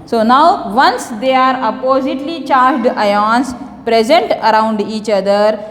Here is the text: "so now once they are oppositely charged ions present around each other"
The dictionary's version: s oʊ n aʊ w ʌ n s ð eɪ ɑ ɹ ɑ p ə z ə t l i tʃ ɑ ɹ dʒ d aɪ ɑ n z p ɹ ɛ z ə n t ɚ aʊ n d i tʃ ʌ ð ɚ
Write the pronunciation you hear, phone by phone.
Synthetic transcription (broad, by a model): s oʊ n aʊ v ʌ n s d eɪ ɑ ɹ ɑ p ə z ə t l i tʃ ɑ ɹ dʒ d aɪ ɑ n s p ɹ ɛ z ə n t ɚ aʊ n d i tʃ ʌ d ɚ